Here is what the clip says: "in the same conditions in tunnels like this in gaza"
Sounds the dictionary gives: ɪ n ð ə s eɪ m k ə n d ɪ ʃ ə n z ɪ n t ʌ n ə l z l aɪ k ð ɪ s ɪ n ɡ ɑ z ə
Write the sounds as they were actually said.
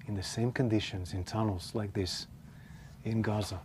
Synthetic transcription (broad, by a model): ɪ n ð ə s eɪ m k ə n d ɪ ʃ ə n z ɪ n t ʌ n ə l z l aɪ k ð ɪ s ɪ n ɡ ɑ z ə